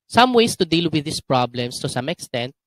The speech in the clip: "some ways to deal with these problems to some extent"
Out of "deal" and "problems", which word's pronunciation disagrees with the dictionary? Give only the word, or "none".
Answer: problems